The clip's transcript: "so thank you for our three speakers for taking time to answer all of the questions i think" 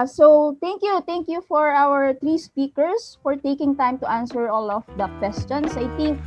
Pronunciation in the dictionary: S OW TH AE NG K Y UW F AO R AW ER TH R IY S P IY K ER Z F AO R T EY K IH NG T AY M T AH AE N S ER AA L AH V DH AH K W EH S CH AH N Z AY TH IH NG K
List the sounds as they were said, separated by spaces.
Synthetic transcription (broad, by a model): S OW T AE NG K Y UW F AO R AW ER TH R IY S P IY K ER S F AO R T EY K IH NG T AY M T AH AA N S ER AA L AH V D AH K W EH S CH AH N S AY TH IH NG K